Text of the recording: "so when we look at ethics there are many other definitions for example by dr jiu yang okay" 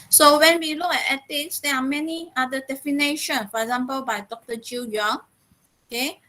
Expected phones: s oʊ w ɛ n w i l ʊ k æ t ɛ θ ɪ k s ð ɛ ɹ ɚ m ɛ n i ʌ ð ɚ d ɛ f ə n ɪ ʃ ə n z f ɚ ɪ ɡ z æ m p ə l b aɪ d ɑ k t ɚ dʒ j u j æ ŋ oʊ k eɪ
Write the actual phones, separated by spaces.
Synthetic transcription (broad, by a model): s oʊ w ɛ n w i l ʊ k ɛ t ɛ t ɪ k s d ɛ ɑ m ɛ n i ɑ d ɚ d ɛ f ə n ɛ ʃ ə n f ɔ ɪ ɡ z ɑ m p ə l b aɪ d ɑ k t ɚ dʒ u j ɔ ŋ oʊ k eɪ